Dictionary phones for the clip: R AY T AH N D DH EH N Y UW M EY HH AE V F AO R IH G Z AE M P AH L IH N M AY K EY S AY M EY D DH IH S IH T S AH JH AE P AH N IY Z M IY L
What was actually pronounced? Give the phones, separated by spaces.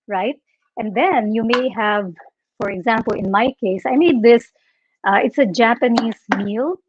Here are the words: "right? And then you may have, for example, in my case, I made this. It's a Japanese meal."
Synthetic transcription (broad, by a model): R AY T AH N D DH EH N Y UW M EY HH AE V F AO R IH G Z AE M P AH L IH N M AY K EY S AY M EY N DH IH S IH T S AH JH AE P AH N IY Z M IY L